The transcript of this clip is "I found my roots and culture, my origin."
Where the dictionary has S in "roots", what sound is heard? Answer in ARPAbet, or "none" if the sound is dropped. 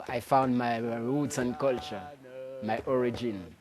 none